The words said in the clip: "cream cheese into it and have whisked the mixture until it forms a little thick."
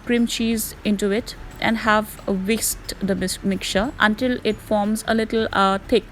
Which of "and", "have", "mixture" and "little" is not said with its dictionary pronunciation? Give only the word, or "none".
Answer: mixture